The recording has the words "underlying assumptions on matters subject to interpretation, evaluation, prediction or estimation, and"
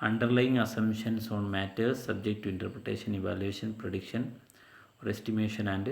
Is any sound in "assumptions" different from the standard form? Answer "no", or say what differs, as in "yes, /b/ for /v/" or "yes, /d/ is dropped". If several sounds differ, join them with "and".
yes, /p/ is dropped and /s/ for /z/